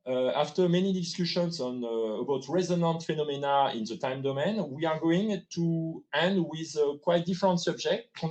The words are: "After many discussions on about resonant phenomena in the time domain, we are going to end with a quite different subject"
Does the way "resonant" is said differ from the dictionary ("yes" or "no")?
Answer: no